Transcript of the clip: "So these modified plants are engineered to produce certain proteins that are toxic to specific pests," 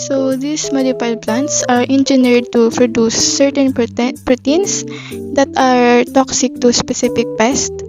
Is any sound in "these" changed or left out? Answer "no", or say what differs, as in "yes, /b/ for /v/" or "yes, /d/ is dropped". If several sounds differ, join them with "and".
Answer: yes, /s/ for /z/